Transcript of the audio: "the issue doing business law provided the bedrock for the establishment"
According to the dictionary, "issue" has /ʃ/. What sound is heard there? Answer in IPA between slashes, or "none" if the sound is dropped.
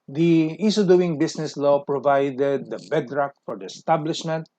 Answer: /s/